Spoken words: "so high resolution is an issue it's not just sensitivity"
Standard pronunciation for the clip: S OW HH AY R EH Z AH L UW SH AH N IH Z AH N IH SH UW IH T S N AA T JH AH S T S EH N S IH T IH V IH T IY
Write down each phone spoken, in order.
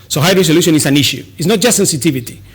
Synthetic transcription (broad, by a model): S OW HH AY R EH S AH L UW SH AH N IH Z AH N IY SH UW IH T S N AA T JH AH S T S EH N S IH T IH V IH T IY